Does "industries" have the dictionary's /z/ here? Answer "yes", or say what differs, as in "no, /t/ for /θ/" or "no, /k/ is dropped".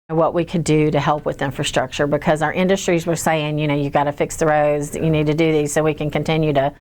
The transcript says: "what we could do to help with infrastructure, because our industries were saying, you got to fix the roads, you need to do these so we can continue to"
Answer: yes